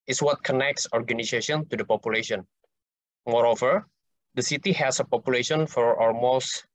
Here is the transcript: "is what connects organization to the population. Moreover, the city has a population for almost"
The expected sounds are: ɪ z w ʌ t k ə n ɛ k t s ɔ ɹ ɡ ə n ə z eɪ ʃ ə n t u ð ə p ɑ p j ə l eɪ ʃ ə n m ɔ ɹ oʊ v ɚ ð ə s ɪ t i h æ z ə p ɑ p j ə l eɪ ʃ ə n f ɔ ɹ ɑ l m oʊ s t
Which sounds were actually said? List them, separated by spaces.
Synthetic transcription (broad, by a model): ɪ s w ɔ t k ə n ɛ k t s ɔ ɹ ɡ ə n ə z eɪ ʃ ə n t u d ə p ɑ p j ə l eɪ ʃ ə n m ɔ ɹ oʊ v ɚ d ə s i t i h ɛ s ə p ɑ p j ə l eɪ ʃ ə n f ɔ ɹ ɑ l m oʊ s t